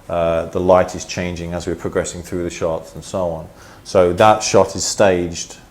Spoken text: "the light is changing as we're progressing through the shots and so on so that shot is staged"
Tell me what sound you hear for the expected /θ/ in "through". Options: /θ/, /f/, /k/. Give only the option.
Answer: /θ/